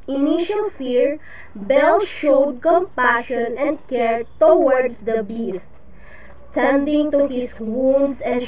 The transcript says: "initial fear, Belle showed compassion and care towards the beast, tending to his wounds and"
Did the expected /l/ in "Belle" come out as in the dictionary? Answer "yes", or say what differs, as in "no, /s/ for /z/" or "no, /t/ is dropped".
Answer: yes